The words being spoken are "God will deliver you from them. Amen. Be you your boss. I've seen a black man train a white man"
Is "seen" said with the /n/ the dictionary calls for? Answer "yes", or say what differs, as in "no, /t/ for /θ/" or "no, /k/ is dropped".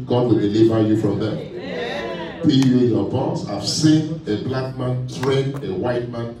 yes